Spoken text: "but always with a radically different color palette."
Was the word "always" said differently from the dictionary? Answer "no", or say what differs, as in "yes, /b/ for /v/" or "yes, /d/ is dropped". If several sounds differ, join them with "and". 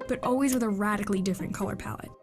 no